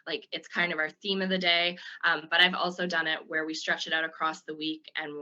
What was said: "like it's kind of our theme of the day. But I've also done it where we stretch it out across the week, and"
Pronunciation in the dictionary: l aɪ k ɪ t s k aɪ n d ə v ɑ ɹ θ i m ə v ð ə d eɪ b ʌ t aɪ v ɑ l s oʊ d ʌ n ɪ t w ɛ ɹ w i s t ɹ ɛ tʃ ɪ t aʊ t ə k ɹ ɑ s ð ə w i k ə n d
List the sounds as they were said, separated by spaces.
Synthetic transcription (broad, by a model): l aɪ k ɪ t s k aɪ n d ə v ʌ ɹ θ i m ə v ð ə d eɪ b ʌ t aɪ v ɑ l s oʊ d ʌ n ɪ t w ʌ ɹ w i s t ɹ ɛ tʃ ɪ t aʊ t ə k ɹ ɑ s ð ə w i k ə n